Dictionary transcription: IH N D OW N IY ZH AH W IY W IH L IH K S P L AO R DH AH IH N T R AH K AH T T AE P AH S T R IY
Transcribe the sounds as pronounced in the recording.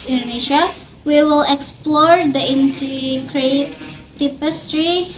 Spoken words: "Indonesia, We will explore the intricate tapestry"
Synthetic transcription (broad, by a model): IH N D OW N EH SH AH W IY W IH L IH K S P L AO R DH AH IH N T AH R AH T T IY P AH S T R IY